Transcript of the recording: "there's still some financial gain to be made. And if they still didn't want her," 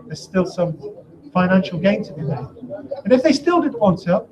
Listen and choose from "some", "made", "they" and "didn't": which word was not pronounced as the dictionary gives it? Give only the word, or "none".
made